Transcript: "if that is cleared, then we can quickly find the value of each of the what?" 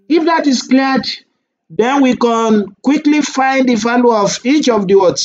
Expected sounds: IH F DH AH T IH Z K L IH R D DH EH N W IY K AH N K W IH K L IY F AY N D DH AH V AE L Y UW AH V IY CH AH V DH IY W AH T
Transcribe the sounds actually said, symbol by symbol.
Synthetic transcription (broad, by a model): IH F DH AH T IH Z K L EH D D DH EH N W IY K AH N K W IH K L IY F AY N D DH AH F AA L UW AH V IY CH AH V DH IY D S